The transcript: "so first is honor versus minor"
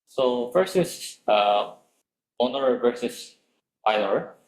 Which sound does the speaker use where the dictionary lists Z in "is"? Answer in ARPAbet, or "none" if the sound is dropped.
S